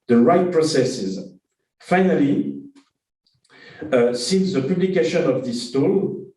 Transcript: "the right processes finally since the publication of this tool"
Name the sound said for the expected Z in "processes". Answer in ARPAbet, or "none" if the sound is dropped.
Z